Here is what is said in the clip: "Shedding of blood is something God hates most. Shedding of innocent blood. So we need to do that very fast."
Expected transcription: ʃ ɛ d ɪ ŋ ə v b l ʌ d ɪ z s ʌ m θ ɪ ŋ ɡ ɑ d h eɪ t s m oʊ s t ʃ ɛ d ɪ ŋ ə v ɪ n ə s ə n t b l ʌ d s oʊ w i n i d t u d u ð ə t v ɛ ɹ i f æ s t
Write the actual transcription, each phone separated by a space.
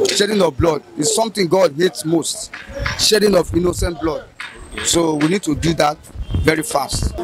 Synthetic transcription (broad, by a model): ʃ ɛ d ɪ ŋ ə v b l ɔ d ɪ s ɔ m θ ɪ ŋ ɡ ɑ d h eɪ t s m oʊ s t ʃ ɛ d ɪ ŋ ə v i n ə s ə n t b l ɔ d s oʊ w i n i d t u d u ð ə t v ɛ ɹ i f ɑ s t